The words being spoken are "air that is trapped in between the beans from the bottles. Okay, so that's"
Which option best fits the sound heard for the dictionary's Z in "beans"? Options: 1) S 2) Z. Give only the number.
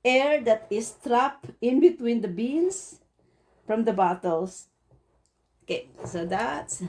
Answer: 1